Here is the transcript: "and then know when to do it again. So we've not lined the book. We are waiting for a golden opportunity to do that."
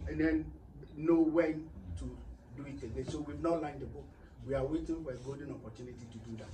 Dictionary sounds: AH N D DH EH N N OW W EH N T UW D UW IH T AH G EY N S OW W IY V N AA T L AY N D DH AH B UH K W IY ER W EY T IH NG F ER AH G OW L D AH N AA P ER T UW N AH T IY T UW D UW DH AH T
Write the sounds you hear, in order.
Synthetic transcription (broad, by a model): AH N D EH N N OW W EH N T UW D UW IH T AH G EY S OW W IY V N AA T L AY N D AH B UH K W IY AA W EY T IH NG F AH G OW D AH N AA P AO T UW N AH T IY T UW D UW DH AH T